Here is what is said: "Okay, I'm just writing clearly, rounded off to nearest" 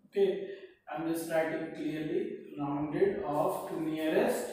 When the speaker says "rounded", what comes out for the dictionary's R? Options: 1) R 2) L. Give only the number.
2